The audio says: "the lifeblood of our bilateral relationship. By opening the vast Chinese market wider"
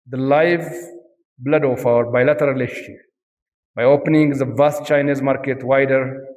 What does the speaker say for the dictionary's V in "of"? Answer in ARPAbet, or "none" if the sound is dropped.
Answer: F